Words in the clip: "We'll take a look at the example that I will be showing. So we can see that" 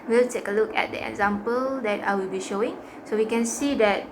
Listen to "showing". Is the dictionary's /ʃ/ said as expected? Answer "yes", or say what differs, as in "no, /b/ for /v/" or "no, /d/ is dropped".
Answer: yes